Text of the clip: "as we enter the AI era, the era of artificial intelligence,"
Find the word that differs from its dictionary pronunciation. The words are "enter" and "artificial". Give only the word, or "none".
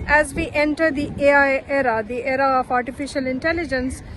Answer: none